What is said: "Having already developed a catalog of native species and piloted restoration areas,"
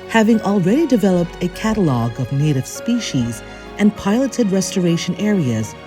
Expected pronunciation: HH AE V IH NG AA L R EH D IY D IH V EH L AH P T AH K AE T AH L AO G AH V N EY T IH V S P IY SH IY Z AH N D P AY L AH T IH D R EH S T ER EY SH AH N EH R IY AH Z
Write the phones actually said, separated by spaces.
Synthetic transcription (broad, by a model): HH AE V IH NG AA L R EH D IY D IH V EH L AH P T AH K AE T AH L AO G AH V N EY T IH V S P IY SH IY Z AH N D P AY L AH T IH D R EH S T ER EY SH AH N EH R IY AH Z